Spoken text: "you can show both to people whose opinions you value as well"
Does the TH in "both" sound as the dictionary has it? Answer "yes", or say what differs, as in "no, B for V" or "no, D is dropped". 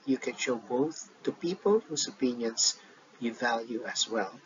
yes